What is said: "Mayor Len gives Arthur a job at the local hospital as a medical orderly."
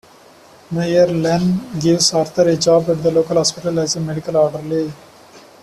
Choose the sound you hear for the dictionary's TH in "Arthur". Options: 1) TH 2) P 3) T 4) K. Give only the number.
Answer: 3